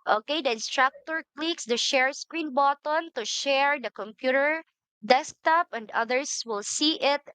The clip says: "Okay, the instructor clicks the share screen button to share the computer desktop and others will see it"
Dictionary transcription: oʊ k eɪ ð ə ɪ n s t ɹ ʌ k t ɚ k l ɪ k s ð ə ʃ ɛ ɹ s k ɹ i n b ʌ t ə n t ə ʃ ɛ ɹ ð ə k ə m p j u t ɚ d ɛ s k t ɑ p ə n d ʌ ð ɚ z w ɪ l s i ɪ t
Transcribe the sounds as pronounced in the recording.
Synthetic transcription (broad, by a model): oʊ k eɪ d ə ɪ n s t ɹ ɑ k t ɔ k l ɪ k s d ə ʃ ɛ ɹ s k ɹ i n b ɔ t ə n t ə ʃ ɛ ɹ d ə k ə m p j u t ɚ d ɛ s k t ɑ p ə n d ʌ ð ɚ s w ɪ l s i ɪ t